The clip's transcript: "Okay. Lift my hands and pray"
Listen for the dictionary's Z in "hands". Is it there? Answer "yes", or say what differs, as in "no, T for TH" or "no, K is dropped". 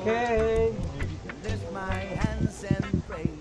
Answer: yes